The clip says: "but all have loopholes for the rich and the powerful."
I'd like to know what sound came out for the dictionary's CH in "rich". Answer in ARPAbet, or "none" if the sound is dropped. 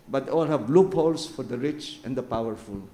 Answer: CH